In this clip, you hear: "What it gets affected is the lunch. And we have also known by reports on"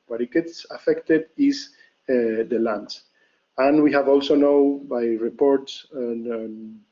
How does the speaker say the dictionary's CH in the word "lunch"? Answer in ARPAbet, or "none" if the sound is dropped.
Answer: S